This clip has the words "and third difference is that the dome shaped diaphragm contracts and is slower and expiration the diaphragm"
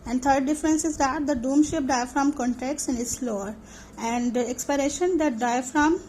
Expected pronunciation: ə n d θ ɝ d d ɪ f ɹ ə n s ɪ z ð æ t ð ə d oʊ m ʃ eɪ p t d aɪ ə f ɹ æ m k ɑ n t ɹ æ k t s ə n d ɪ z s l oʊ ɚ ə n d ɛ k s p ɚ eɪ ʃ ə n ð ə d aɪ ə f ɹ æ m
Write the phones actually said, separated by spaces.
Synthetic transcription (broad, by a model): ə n d t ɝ d d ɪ f ɹ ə n s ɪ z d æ t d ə d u m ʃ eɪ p d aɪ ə f ɹ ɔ m k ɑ n t ɛ k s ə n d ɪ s l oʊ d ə n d ɛ k s p ɚ eɪ ʃ ə n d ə d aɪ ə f ɹ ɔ m